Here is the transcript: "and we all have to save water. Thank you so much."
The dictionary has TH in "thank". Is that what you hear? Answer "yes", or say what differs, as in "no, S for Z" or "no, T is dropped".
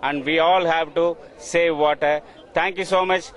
no, T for TH